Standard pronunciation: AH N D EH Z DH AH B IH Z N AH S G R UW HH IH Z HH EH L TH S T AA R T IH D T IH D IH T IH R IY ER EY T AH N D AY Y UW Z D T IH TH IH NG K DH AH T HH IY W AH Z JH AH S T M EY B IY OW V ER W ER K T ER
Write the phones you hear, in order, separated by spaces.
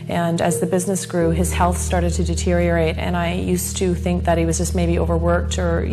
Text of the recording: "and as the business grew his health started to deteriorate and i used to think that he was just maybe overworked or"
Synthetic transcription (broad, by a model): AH N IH Z DH AH B IH Z N AH S G R UW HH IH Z HH EH L TH S T AA R T IH D T IH D IH T IH R IY ER EY T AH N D AY Y UW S T IH TH IH NG K DH AH T HH IY W AH Z JH AH S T M EY B IY OW V ER W ER K T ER